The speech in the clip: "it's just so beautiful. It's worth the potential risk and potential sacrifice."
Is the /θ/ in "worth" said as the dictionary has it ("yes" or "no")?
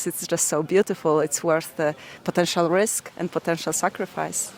yes